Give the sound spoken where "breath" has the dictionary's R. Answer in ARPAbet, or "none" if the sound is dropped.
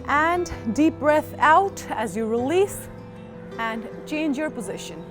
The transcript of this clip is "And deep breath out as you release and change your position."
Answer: R